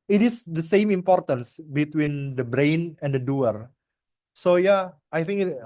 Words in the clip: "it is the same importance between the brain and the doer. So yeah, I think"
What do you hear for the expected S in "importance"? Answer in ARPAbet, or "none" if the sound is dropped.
S